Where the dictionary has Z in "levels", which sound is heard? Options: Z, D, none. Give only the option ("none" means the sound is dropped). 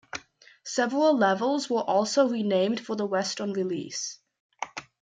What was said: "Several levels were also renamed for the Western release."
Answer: Z